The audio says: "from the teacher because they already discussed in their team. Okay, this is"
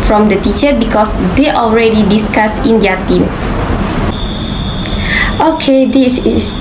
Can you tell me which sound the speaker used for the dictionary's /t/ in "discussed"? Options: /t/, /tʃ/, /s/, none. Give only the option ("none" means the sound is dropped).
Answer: none